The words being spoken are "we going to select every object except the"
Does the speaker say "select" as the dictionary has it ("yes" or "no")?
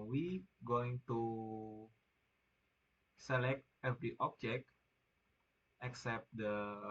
yes